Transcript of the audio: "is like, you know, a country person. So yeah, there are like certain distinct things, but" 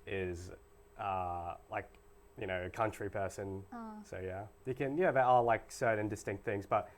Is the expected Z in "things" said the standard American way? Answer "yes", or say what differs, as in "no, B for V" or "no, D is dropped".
yes